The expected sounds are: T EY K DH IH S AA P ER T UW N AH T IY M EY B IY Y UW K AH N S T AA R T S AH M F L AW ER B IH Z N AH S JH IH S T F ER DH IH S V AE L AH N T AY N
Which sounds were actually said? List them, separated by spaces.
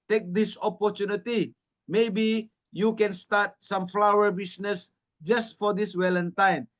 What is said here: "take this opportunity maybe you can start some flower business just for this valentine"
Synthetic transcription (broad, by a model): T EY K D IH S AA P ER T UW N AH T IY M EY B IY Y UW K AH N S T AA T S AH M F L AW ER B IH S N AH S JH IH S T F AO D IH S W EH L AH N T AY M